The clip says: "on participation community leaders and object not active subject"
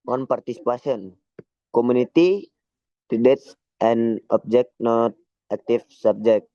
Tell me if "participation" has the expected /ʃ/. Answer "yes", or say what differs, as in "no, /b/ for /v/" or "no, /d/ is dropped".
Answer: no, /s/ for /ʃ/